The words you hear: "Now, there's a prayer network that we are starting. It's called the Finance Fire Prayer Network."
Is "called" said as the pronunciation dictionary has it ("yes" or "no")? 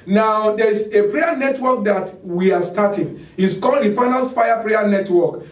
yes